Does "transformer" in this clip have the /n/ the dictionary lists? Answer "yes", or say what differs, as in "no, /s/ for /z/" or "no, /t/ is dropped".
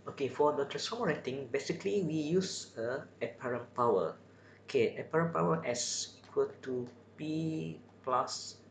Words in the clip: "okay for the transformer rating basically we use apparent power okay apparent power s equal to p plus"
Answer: no, /n/ is dropped